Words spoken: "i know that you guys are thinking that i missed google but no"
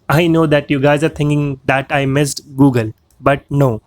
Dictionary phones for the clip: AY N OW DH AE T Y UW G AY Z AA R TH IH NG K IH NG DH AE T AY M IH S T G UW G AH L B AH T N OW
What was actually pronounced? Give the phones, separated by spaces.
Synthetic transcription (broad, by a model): AY N OW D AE T Y UW G AY Z AA R T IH NG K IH NG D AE T AY M IH S T G UW G AH L B AH T N OW